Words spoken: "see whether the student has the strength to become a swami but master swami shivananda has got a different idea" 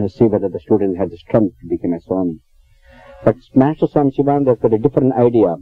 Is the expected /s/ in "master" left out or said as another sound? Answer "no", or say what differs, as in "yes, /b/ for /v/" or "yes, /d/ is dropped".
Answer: no